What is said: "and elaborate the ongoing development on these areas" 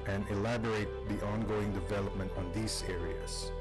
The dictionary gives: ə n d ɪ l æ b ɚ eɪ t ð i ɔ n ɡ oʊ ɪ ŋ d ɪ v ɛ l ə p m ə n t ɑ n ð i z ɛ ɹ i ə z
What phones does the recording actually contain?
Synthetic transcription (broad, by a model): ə n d ɪ l æ b ɚ eɪ t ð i ɔ n ɡ oʊ ɪ ŋ d ɪ v ɛ l ə p m ə n t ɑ n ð i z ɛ ɹ i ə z